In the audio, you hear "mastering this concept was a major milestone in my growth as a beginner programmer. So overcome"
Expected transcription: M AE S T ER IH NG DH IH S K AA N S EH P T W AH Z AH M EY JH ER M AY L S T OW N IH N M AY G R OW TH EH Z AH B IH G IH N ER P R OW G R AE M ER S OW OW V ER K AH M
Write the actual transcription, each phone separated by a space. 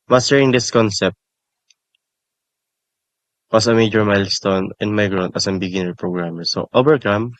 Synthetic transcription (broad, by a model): M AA S T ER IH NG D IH S K AA N S EH P T W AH S AH M EY JH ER M AY L S T OW N IH N M AY G R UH T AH S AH B IH G IH N ER P R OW G R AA M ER S OW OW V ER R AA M